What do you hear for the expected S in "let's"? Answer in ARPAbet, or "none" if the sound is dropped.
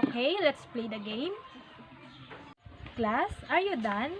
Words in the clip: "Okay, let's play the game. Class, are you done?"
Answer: S